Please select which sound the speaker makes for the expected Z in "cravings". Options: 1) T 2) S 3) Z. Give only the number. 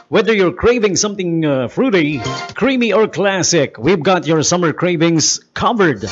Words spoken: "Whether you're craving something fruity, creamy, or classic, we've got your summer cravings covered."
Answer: 2